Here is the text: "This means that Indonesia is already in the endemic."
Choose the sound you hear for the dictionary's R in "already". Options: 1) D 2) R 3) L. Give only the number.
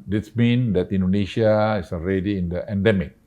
2